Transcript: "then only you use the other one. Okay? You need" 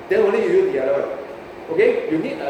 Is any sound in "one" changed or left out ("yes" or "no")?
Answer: yes